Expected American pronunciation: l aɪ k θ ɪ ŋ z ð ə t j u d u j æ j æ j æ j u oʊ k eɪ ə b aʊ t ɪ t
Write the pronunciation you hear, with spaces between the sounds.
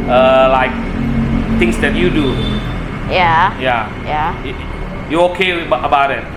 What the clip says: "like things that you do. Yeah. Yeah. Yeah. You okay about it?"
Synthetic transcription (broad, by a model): l aɪ k t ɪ ŋ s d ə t j u d u j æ j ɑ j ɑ j u oʊ k eɪ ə b aʊ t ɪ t